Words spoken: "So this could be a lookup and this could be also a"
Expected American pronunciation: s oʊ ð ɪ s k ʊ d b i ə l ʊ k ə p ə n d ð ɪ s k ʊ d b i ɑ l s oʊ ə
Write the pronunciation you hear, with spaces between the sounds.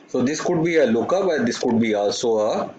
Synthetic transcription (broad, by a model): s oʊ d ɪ s k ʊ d b i ə l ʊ k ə b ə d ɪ s k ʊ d b i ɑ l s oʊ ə